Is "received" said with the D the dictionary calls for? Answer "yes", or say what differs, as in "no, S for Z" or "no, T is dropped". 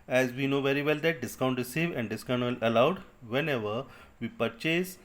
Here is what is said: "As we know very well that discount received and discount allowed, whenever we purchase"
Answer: no, D is dropped